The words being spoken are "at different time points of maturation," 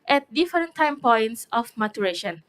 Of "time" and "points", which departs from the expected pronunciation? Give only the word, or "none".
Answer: none